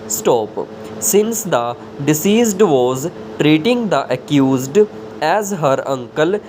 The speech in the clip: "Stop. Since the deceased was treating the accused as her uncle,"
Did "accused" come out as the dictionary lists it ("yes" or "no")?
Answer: yes